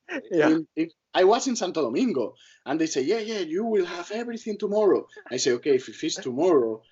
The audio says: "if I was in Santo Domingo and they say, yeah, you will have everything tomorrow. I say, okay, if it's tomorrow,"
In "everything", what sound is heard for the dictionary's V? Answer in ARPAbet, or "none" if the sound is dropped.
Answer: B